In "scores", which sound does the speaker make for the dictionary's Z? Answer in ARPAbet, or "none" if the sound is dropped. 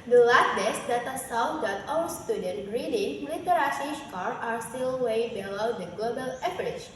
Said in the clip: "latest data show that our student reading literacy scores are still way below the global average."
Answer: none